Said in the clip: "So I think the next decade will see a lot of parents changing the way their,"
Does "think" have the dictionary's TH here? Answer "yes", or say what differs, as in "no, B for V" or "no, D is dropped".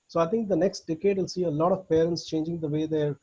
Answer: no, T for TH